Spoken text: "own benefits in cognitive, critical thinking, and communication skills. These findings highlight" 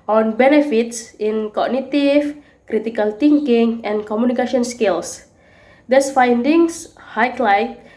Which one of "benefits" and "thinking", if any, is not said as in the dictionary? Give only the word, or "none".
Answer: thinking